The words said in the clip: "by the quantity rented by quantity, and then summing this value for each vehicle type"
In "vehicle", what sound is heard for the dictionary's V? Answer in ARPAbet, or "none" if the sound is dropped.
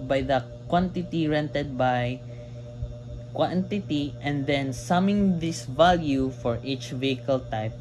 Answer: V